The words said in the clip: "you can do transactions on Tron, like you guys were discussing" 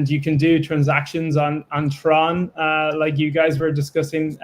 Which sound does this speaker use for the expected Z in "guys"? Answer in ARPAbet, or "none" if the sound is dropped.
Z